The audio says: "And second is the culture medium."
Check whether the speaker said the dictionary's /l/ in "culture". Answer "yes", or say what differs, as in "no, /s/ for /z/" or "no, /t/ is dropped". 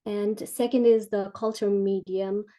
yes